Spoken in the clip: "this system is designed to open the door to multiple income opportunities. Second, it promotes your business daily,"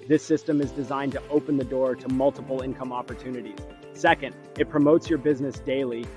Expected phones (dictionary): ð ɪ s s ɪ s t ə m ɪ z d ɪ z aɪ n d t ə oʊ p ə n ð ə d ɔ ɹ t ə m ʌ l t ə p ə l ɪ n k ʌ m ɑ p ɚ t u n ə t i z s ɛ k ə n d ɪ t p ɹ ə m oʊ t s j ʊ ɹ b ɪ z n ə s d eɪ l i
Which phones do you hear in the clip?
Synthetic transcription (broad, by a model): ð ɪ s s ɪ s t ə m ɪ z d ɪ z aɪ n t ə oʊ p ə n ð ə d ɔ ɹ t ə m ʌ l t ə p l ɪ n k ʌ m ɑ p ɚ t u n ə t i z s ɛ k ə n d ɪ t p ɹ ə m oʊ t s j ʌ ɹ b ɪ z n ə s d eɪ l i